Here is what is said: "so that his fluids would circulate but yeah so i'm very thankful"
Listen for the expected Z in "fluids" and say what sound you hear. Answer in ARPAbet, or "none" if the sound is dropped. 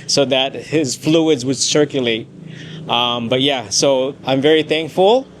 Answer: Z